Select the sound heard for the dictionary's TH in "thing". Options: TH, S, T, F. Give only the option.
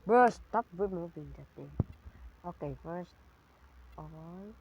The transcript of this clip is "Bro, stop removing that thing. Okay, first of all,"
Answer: T